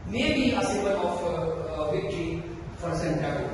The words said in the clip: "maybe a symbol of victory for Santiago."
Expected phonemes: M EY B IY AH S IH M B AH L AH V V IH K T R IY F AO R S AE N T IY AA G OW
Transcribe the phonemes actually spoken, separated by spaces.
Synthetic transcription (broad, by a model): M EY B IY AH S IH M AH N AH F V IH K T R IY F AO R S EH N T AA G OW